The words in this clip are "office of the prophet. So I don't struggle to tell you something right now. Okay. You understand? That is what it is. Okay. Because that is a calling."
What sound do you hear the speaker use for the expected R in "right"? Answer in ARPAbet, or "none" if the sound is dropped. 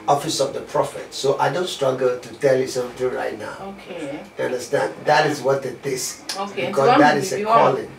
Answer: R